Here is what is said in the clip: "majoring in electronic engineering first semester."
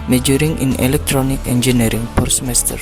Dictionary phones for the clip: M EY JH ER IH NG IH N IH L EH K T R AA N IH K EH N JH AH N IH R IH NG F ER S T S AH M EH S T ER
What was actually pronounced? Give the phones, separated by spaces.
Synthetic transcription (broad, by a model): M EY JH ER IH NG IH N IH L EH K T R AA N IH K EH N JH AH N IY R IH NG P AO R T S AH M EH S T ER